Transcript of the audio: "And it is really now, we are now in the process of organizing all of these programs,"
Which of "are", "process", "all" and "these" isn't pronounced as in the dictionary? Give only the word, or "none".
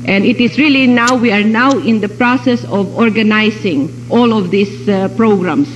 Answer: these